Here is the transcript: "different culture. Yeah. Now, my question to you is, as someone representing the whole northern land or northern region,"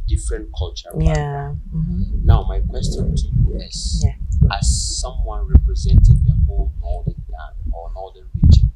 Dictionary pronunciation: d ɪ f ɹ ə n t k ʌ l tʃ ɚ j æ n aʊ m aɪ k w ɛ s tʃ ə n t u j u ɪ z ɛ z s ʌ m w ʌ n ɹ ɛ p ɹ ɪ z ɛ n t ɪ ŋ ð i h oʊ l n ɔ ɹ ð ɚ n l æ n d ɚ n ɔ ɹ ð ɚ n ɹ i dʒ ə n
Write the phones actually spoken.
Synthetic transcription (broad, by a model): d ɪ f ɹ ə n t k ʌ l tʃ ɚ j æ n aʊ m aɪ k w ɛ s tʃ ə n t u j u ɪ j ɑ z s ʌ m w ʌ n ɹ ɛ p ɹ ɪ z ɛ n t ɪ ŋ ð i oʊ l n ɔ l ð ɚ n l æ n ɔ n ɔ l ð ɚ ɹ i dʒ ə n